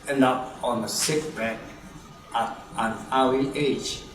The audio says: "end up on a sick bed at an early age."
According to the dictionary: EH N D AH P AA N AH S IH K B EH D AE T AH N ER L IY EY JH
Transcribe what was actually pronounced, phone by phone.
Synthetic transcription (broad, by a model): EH N D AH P AA N AH S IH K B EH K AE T AH N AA W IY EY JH